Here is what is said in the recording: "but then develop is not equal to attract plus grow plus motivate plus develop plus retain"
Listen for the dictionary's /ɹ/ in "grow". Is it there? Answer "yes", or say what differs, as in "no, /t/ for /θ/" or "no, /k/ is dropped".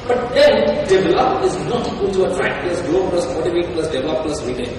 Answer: no, /l/ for /ɹ/